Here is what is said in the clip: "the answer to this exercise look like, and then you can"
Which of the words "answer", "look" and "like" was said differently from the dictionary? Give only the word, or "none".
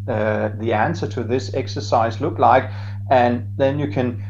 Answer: none